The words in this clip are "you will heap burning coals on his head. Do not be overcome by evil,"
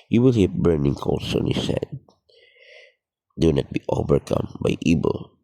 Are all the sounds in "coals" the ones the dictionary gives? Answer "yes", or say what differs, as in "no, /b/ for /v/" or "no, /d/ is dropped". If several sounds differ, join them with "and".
no, /s/ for /z/